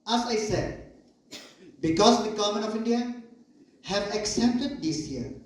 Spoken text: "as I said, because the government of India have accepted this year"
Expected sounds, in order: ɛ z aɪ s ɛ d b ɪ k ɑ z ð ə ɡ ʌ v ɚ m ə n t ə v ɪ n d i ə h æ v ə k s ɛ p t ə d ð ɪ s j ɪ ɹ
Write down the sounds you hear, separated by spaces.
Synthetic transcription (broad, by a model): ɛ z aɪ s ɛ d b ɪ k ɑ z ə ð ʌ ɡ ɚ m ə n ə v ɪ n d i ə h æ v ə k s ɛ p t ə d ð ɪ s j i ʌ